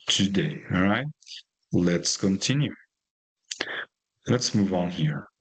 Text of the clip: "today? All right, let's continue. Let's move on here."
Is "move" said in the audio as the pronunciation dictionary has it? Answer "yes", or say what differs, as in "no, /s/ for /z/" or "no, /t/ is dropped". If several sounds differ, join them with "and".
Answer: yes